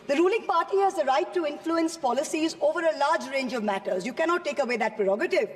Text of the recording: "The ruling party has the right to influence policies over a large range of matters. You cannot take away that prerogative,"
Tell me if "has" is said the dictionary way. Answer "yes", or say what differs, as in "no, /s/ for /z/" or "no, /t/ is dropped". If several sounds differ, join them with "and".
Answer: yes